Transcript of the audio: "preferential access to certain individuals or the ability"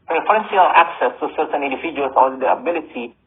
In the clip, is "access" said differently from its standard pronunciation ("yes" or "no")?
no